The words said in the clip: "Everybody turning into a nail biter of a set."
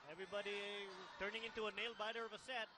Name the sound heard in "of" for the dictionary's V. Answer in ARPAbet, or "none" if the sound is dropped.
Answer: V